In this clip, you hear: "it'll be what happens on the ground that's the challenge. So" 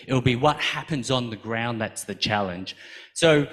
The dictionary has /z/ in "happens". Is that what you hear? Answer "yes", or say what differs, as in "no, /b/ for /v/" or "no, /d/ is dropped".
yes